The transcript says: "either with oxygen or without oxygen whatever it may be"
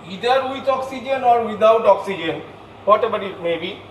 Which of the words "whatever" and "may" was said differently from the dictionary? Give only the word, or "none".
whatever